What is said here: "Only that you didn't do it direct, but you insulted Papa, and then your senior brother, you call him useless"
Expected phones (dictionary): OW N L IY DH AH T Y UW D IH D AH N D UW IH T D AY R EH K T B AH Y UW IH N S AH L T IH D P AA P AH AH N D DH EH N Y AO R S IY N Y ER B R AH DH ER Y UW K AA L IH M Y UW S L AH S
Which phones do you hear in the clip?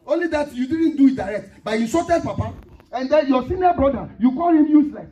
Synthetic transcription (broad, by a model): OW N L IY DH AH T Y UW D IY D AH N D UW IH T D AY R EH K T B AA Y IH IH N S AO T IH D P AA P AH AH N D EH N Y AO S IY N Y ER B R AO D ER Y UW K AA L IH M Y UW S L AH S